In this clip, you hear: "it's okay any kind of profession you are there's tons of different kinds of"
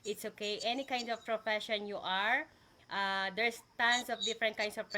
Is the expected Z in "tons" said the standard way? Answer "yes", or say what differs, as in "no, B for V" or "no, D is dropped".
no, S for Z